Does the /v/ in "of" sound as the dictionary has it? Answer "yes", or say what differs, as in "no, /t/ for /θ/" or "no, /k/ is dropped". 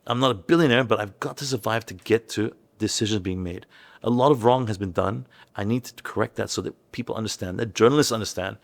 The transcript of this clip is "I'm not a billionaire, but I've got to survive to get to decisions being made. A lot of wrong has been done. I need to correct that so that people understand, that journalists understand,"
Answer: yes